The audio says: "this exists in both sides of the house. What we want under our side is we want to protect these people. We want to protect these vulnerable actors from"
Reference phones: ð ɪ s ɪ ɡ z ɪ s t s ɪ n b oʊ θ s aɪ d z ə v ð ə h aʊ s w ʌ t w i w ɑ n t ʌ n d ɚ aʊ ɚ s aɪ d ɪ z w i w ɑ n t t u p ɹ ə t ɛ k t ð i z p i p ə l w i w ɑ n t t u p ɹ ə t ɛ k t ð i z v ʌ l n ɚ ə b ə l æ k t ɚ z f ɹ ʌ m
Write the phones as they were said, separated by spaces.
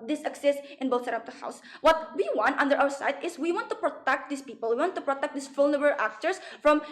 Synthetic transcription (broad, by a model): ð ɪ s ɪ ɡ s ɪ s s ɪ n b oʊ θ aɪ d ə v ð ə h aʊ s w ʌ t w i w ɑ n t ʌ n d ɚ aʊ ɚ s aɪ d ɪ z w i w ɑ n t t u p ɹ ə t ɛ k t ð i s p i p ə l w i w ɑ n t t u p ɹ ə t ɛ k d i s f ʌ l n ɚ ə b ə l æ k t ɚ s f ɹ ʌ m